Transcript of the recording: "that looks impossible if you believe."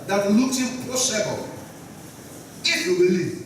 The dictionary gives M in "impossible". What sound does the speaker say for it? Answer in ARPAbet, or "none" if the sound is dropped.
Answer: none